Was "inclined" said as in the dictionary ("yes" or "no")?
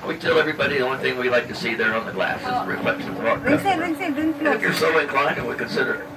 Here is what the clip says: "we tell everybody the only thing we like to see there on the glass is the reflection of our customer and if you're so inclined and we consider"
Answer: no